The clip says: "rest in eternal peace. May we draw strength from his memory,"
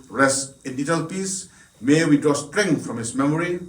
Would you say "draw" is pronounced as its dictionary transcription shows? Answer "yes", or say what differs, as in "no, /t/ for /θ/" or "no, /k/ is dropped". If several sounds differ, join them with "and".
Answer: no, /ɹ/ is dropped